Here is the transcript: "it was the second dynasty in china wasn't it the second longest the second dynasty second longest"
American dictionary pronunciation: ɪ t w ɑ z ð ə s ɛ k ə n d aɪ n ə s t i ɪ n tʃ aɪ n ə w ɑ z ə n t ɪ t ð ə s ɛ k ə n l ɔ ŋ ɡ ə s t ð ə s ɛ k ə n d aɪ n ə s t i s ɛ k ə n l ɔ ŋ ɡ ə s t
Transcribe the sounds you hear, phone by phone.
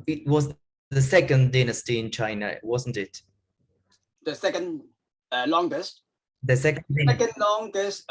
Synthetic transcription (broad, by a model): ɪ t w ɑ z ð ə s ɛ k ə n d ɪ n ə s t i ɪ n tʃ aɪ n ə w ɑ z ə n t ɪ t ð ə s ɛ k ə n l ɔ ŋ ɡ ə s t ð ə s ɛ k ə n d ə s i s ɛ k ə n l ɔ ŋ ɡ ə s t